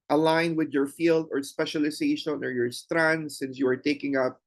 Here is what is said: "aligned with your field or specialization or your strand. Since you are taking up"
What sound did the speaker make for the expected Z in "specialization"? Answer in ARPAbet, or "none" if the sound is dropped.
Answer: S